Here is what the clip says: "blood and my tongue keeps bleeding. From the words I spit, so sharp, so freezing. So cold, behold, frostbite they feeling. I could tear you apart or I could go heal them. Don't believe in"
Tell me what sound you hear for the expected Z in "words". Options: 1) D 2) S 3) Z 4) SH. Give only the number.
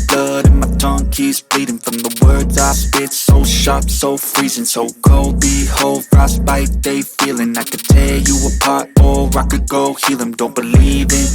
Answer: 3